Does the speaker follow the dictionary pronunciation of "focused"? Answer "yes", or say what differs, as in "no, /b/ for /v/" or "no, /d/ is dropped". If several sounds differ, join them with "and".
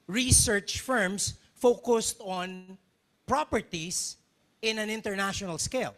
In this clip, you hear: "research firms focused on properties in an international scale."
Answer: yes